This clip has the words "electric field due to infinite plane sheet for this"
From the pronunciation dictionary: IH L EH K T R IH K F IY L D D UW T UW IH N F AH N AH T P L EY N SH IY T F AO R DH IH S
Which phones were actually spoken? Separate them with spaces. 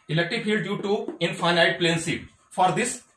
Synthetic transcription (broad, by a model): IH L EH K T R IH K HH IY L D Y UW T UW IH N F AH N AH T P L EY N S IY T F AO R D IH S